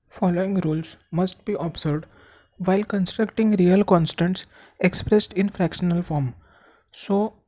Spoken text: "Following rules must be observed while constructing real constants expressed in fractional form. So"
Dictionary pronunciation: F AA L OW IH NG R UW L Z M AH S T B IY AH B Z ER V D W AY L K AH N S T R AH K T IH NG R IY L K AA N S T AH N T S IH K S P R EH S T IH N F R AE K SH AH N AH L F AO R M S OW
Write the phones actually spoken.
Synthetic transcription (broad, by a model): F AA L OW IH NG R UW L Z M AH S T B IY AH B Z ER D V AY L K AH N S T R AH K T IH NG R IY L K AA N S T AH N T S IH K S P R EH S T IH N F R AE K SH AH N AH L F AO R M S OW